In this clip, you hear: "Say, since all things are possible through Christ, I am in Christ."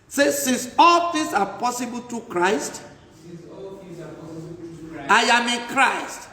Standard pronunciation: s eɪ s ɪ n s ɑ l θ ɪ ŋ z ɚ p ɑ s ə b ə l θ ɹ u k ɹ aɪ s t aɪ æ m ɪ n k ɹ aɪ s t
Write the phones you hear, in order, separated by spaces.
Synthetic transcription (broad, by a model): s eɪ s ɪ n s ɑ l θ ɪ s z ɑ p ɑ s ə b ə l t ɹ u k ɹ aɪ s t aɪ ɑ m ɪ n k ɹ aɪ s t